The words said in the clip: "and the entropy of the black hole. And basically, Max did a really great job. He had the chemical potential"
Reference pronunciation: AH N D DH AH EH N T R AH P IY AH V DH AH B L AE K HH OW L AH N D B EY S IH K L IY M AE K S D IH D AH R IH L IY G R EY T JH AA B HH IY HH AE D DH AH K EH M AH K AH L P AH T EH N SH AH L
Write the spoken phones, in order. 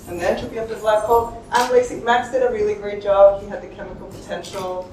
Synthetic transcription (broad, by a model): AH N DH AH N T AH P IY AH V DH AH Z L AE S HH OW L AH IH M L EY IH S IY M AE K S D IH D AH R IH L IY G R EY T JH AA B HH IY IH D DH AH K EH M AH K L P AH T EH N SH L